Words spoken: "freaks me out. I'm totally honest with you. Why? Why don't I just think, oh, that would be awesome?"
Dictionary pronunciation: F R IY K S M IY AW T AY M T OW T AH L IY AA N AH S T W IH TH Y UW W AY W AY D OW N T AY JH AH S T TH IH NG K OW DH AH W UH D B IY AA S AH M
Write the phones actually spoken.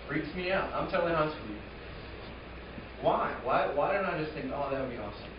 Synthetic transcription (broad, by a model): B R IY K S M IY AW T AY M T T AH L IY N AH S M W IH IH W AY W AY D OW N T AY JH AH S T TH IH NG K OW DH AH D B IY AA S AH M